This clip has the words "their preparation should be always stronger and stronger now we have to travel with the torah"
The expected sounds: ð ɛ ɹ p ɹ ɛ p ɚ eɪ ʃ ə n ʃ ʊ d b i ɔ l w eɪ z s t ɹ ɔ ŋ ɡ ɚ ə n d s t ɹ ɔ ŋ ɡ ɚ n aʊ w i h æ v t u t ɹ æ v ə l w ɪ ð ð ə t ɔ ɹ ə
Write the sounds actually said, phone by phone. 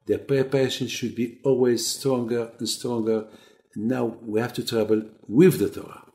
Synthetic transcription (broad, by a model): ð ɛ p ɹ ɛ p ɚ eɪ ʃ ə n ʃ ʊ d b i ɔ l w eɪ z s t ɹ ɔ ŋ ɡ ɚ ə n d s t ɹ ɔ ŋ ɡ ɚ n aʊ w i h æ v t u t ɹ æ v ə l w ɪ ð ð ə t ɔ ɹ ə